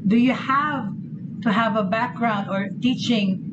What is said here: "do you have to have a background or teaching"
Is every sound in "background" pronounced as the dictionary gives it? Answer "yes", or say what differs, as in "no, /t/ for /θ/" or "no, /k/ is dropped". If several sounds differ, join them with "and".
yes